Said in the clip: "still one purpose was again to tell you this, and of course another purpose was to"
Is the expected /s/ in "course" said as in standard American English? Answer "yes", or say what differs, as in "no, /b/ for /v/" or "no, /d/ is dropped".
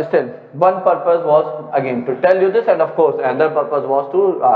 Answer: yes